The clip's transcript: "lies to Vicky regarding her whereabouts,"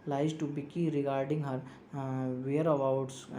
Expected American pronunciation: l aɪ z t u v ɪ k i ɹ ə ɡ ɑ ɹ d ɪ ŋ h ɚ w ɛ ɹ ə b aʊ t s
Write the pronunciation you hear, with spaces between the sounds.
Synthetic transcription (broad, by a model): l aɪ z t u b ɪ k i ɹ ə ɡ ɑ ɹ d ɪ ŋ h ɚ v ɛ ɹ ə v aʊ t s